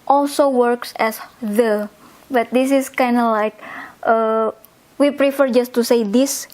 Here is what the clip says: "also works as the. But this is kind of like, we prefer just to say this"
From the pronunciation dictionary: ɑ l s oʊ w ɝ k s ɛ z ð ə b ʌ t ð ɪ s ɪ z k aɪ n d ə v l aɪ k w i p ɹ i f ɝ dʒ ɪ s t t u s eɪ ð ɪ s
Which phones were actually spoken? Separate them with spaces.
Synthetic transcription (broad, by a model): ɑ l s oʊ w ɝ k s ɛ s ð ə b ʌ t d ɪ s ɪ s k aɪ n d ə l aɪ k w i p ɹ i f ɝ dʒ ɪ s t t u s eɪ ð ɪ s